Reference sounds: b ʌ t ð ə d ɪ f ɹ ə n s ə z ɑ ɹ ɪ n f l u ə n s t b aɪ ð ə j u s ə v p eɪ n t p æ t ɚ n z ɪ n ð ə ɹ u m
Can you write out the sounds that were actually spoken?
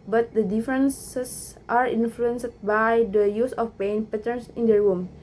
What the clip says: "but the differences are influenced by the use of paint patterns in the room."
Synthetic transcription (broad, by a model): b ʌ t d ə d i f ɹ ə n s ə s ɑ ɹ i n f l u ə n s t b aɪ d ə j u s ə f p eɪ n p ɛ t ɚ n s ɪ n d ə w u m